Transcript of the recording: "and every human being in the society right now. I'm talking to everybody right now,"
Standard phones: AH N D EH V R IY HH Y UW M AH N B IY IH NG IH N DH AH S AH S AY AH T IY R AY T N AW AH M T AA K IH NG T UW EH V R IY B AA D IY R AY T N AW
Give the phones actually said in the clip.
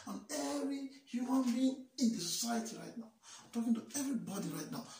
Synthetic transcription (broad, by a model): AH N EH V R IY HH Y UW M AH N B IY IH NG IH N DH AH S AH S AY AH T IY R AY T N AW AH T AA K IH NG T UW EH V R IY B AA D IY R AY T N AW